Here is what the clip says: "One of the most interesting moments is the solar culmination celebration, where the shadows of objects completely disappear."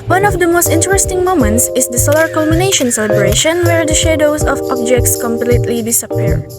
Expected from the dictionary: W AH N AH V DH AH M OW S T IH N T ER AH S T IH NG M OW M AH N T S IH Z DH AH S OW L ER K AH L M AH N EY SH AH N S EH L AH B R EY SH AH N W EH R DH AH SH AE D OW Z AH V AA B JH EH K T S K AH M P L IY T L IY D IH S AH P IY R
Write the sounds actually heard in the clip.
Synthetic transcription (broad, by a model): W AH N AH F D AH M OW S T IH N T ER AH S T IH NG M OW M AH N T S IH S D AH S OW L ER K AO L M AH N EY SH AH N S EH L AH B R EY SH AH N W EH R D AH SH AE D OW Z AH F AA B JH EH K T S K AH M P L IY T L IY D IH S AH P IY R